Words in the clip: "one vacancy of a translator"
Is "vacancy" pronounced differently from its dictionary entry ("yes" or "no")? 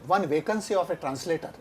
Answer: no